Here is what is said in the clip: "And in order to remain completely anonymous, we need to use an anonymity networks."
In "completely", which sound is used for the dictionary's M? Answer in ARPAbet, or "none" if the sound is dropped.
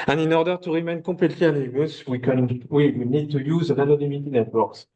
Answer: none